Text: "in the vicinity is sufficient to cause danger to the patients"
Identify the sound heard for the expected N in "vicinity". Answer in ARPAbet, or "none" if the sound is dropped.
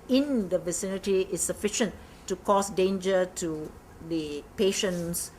N